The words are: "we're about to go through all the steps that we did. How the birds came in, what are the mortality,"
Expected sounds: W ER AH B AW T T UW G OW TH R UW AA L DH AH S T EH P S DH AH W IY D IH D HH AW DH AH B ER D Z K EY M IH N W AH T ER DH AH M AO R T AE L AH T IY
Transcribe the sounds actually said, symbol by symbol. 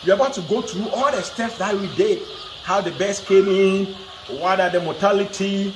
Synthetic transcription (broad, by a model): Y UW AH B AW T T UW G OW T R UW AA L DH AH S T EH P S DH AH W IY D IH HH AW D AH B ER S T K EY M IH N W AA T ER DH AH M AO T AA L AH T IY